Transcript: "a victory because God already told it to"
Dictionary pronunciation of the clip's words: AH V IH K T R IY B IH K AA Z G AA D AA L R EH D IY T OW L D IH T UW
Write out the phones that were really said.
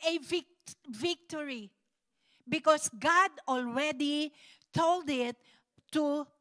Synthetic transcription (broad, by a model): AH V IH K T R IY B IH K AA S G AA D AA L R EH D IY T OW L D IH T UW